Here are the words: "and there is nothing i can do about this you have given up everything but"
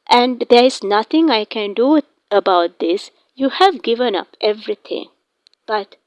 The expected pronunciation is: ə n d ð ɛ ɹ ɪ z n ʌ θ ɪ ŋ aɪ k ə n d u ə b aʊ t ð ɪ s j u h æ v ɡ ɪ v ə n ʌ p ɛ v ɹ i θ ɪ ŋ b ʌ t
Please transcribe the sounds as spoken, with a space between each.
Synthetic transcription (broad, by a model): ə n d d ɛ ɹ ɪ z n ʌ t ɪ ŋ aɪ k ə n d u ə b aʊ t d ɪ s j u h æ v ɡ ɪ v ə n ʌ p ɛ v ɹ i t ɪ ŋ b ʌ t